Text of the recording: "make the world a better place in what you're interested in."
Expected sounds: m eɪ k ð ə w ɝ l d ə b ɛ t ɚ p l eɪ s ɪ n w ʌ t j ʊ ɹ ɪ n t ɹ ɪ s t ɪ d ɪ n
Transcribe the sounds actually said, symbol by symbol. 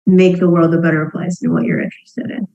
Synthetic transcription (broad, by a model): m eɪ k ð ə w ɝ l d ə b ɛ t ɚ p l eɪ ɪ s w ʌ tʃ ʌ ɹ ɪ n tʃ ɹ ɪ s t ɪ d ɪ n